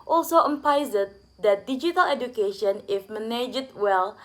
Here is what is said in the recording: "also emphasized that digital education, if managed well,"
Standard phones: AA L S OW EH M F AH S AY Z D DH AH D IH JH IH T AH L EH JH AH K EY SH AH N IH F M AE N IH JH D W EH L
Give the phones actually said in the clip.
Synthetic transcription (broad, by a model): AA L S OW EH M P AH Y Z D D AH D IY JH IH T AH L EH JH AH K EY SH AH N IH F M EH N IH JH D W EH L